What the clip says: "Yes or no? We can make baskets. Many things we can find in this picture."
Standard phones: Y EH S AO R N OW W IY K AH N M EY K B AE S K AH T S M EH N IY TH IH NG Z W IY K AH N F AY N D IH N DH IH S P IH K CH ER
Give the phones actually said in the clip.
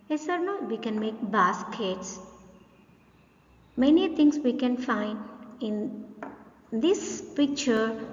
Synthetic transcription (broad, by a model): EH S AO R N OW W IY K AH N M EY K B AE S K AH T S M EH N IY T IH NG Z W IY K AH N F AY N D IH N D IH S P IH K CH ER